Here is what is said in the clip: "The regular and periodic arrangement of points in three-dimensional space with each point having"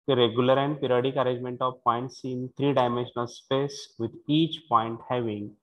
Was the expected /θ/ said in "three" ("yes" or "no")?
no